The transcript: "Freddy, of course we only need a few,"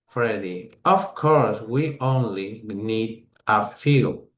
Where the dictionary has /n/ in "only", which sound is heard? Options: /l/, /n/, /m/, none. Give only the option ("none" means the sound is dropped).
/n/